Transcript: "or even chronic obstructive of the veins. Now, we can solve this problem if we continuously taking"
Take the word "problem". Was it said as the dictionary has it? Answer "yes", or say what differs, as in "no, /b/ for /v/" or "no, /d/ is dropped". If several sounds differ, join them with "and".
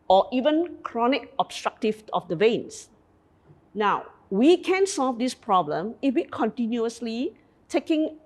yes